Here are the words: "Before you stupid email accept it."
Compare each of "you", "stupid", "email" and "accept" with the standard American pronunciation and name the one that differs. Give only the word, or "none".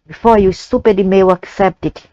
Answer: email